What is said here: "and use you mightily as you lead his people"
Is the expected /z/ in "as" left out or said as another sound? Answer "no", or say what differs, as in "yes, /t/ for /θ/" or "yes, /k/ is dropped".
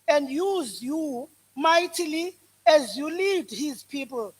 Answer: no